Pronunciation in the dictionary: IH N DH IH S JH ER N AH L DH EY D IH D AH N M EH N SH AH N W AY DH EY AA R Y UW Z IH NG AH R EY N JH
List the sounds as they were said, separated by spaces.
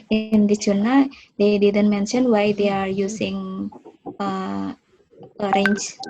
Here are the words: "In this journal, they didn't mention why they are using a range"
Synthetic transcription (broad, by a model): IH N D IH JH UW N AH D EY D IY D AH N M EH N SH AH N W AY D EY AA R Y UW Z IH NG AH R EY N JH